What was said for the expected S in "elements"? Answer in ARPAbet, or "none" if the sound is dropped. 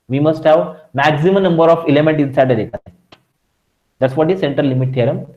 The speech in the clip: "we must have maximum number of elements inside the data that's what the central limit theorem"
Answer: none